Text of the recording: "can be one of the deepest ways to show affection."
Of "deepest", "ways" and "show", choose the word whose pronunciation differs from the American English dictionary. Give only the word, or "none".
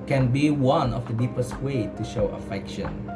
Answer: ways